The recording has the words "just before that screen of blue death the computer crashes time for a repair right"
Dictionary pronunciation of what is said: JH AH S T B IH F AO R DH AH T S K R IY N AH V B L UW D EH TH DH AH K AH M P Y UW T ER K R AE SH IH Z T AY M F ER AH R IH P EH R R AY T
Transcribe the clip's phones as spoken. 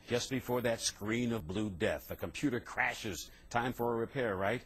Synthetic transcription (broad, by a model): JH AH S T B IH F AO R DH AH T S K R IY N AH V B L UW D EH TH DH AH K AH M P Y UW T ER K R AE SH IH Z T AY M F ER AH R IH P EH R R AY T